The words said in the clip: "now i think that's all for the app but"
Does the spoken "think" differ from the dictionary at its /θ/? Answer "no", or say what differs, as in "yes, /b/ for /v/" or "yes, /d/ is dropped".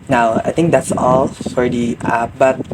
yes, /t/ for /θ/